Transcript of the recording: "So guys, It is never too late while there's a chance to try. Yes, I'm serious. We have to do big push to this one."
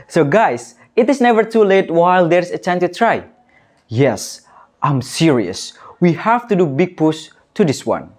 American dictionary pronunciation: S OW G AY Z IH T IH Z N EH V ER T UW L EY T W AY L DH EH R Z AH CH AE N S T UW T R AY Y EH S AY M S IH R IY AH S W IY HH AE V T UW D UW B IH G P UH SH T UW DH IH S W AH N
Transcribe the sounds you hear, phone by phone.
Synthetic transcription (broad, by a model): S OW G AY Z IH T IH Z N EH V ER T UW L EY T W AY L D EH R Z AH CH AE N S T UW T R AY Y EH S AY M S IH R IY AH S W IY HH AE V T UW D UW B IH G P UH S T UW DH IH S W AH N